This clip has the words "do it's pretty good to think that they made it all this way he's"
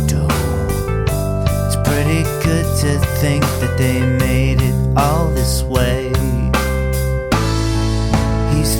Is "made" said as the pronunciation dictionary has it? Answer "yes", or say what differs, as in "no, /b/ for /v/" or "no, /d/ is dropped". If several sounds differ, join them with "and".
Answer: yes